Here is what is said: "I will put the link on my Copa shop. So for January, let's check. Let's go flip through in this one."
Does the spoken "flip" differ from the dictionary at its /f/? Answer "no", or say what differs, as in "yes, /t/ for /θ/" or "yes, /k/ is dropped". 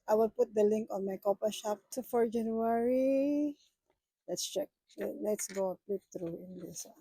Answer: yes, /p/ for /f/